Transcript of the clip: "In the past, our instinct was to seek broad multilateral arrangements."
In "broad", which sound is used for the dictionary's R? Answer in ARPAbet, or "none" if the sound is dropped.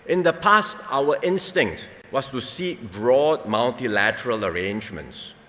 R